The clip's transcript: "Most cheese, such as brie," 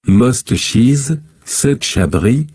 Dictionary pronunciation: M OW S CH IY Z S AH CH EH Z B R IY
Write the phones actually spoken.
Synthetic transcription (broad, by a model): M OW S CH IY Z S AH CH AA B R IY